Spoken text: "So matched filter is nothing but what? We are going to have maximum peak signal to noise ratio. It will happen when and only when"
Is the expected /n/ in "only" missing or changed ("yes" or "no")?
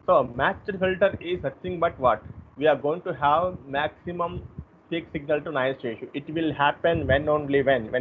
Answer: yes